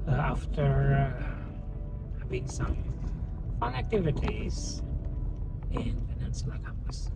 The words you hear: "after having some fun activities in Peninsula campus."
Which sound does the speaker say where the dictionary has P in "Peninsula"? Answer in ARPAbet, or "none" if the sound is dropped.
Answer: F